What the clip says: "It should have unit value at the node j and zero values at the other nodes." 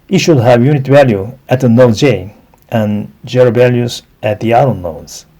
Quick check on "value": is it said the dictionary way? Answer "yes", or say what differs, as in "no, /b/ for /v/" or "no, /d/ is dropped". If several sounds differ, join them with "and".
yes